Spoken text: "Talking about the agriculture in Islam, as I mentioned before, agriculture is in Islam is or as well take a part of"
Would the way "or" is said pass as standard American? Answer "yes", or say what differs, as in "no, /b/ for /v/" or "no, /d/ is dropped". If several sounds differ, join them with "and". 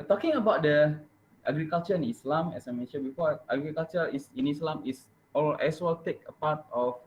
no, /l/ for /ɹ/